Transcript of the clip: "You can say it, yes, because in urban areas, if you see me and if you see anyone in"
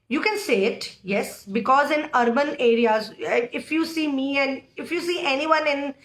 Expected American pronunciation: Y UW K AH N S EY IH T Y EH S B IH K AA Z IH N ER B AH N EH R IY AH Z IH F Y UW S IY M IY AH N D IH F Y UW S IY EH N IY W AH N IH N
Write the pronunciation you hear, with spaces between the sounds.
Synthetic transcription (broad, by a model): Y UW K AH N S EY IH T Y EH S B IH K AA Z IH N ER B AH N EH R IY AH Z IH F Y UW S IY M IY AH N D IH F Y UW S IY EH N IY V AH N IH N